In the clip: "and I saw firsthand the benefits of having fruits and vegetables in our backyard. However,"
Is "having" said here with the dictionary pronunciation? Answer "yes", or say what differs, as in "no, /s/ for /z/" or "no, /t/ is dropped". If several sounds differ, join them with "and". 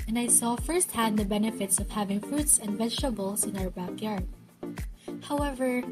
yes